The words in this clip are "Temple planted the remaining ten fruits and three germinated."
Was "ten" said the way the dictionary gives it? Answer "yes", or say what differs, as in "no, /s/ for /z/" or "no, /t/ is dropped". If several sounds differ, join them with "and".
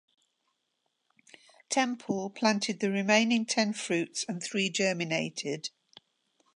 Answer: yes